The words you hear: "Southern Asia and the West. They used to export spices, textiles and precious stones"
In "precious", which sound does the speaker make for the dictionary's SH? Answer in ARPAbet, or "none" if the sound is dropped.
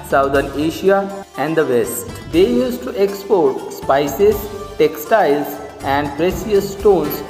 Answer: S